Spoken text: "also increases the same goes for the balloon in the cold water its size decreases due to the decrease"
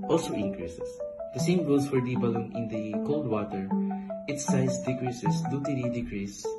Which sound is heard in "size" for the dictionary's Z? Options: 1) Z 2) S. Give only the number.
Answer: 2